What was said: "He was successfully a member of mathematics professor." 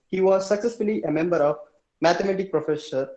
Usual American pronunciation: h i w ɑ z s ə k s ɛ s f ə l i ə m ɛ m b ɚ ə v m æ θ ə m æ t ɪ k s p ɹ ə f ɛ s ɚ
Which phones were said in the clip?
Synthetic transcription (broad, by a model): h i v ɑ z s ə k s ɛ s f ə l i ə m ɛ m b ɚ ə v m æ t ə m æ t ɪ k p ɹ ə f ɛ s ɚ